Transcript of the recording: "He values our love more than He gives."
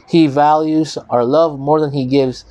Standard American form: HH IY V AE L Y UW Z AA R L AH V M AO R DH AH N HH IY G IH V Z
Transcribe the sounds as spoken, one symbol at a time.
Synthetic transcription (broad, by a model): HH IY V AE L Y UW Z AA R L AH V M AO R DH AH N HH IY G IH V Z